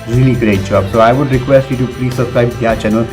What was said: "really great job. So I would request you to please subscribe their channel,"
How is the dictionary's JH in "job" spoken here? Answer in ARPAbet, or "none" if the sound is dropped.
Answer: CH